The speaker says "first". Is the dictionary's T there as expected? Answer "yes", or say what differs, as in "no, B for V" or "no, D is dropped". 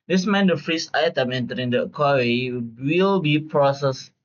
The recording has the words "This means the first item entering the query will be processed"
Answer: no, T is dropped